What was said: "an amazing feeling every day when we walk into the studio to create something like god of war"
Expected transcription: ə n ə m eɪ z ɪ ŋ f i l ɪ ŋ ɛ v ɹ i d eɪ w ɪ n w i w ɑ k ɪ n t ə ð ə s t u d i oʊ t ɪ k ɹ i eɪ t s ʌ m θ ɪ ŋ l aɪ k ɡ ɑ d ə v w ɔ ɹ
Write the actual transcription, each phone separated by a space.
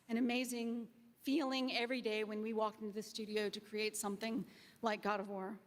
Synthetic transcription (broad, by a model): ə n ə m eɪ z ɪ ŋ f i l ɪ ŋ ɛ v ɹ i d eɪ w ɪ n w i w ɑ k ɪ n t ə ð ə s t u d i oʊ t ɪ k ɹ i eɪ t s ʌ m θ ɪ ŋ l aɪ k ɡ ɑ d ə v w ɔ ɹ